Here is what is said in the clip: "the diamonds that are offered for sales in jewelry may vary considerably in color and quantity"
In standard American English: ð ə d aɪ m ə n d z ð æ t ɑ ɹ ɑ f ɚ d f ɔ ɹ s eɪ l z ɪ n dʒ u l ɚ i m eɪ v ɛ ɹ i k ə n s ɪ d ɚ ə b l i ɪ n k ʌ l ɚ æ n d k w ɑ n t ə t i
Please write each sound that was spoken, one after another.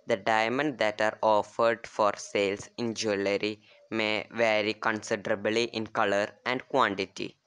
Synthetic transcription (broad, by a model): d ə d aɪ m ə n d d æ t ɑ ɹ ɑ f ɚ d f ɔ ɹ s eɪ l s ɪ n dʒ u l ɚ i m eɪ v ɛ ɹ i k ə n s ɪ d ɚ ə b l i ɪ n k ʌ l ɚ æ n d k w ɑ n t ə t i